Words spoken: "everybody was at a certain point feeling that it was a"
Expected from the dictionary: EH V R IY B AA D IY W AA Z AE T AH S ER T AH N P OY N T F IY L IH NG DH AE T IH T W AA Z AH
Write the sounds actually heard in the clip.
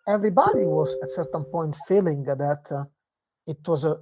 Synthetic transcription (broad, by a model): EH V R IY B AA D IY W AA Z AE T S ER T AH N P OY N T F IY L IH NG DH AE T IH T W AA Z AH